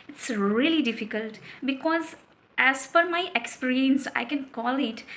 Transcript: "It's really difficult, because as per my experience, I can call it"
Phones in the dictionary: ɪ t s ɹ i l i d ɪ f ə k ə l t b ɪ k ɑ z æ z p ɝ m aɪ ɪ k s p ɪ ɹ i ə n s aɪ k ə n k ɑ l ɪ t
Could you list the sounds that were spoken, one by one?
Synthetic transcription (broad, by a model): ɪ t s ɹ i l i d ɪ f ə k ə l t b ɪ k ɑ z æ z f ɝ m aɪ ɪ k s p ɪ ɹ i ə n s aɪ k ə n k ɑ l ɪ t